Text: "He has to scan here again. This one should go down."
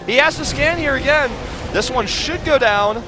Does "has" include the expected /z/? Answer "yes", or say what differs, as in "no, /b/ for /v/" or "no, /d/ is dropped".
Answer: no, /s/ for /z/